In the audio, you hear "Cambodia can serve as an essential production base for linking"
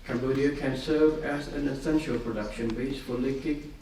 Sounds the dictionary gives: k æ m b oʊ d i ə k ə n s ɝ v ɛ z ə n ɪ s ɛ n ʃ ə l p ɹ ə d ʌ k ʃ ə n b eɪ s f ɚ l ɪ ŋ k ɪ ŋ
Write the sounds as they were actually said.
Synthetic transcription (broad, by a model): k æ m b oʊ d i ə k ə n s ɝ v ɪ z ə n ɪ s ɛ n ʃ ə l p ɹ ə d ʌ k ʃ ə n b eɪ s f ɚ l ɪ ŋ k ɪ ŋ